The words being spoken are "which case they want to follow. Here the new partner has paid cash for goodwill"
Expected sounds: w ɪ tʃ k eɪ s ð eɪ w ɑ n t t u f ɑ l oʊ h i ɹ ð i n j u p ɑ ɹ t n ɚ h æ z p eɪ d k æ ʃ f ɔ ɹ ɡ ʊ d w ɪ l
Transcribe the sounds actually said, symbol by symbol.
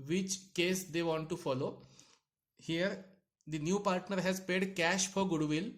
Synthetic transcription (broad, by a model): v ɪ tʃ k eɪ s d eɪ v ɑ n t t u f ɑ l oʊ h i ɹ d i n j u p ɑ ɹ t n ɚ h æ z p eɪ d k æ ʃ f ɔ ɹ ɡ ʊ d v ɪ l